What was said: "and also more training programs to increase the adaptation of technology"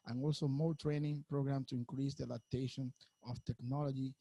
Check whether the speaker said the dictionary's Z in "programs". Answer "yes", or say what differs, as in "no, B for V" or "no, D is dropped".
no, Z is dropped